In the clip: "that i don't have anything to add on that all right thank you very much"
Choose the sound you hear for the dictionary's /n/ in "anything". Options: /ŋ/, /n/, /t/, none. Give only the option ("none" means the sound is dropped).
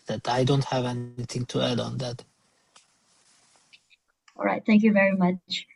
/n/